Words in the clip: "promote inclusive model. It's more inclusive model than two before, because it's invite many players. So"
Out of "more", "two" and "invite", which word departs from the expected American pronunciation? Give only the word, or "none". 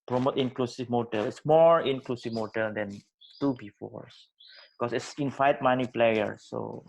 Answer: invite